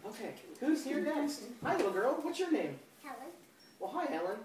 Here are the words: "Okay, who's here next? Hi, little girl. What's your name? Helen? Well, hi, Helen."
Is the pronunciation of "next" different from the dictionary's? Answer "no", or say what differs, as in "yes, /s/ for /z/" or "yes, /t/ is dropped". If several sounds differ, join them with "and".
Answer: yes, /k/ is dropped